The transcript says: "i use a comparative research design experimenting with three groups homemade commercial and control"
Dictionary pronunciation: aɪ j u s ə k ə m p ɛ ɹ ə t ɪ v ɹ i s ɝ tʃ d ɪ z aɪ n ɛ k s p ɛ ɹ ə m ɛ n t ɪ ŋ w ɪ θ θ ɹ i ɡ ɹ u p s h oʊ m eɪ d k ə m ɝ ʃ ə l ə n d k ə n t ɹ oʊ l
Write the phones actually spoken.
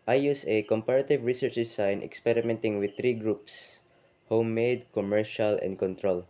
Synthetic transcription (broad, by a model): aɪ j u s ə k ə m p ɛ ɹ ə t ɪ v ɹ i s ɝ tʃ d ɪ s aɪ n ɛ k s p ɛ ɹ ə m ɛ n t ɪ ŋ w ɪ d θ ɹ i ɡ ɹ u p s h oʊ m eɪ d k ə m ɝ ʃ ə l ə n d k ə n t ɹ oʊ l